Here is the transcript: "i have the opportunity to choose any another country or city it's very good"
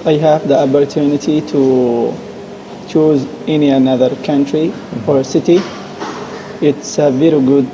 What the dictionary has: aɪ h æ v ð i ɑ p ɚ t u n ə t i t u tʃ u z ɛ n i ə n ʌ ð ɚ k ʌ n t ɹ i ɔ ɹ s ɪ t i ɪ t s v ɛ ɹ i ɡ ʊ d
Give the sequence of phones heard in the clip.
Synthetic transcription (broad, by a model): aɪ h æ v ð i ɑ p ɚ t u n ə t i t u tʃ u z ɛ n i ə n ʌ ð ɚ k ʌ n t ɹ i ɔ ɹ s ɪ t i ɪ t s v ɛ ɹ i ɡ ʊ d